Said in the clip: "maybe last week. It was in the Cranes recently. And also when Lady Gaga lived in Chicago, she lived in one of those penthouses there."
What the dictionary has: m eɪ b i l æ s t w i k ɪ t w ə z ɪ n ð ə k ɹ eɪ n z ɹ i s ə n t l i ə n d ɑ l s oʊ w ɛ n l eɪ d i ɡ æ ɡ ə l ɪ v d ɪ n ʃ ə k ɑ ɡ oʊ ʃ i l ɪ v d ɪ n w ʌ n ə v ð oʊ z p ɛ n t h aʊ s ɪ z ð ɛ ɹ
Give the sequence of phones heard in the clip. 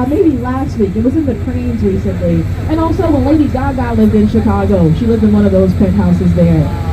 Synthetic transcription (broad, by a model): m eɪ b i l æ s t w i k ɪ t w ə z ɪ n ð ə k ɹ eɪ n z ɹ i s ə n t l i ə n ɑ l s oʊ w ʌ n l eɪ d i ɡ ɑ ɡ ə l ɪ v d ɪ n ʃ ə k ɑ ɡ oʊ ʃ i l ɪ v d ɪ n w ʌ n ə v ð oʊ z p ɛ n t h aʊ s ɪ z ð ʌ ɹ